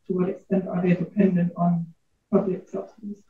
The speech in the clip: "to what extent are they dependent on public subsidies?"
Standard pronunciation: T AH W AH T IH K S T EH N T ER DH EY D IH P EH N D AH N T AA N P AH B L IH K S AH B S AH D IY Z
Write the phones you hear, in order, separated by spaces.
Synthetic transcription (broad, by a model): T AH W AH T IH K S T EH N T ER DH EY D IH P EH N D AH N T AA N P AH B L IH K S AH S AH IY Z